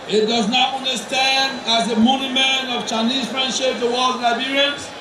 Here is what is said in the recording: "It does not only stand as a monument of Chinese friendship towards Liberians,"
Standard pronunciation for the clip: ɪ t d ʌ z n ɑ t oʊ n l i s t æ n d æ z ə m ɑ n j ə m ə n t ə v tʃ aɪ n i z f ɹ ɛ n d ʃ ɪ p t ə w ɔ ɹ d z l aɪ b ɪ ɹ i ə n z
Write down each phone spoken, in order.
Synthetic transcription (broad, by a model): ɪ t d ʌ z n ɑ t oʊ n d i s t æ n d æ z ə m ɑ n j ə m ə n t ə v tʃ aɪ n i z f ɹ ɛ n d ʃ ɪ p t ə w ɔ l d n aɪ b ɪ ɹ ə n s